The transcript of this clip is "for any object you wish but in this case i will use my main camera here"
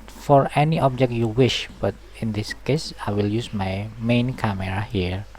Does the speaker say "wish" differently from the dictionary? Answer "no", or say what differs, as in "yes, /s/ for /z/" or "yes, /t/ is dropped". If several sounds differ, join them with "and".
no